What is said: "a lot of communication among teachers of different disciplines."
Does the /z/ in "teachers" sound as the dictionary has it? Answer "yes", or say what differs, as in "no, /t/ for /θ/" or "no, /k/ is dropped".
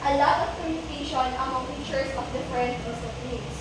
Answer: no, /s/ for /z/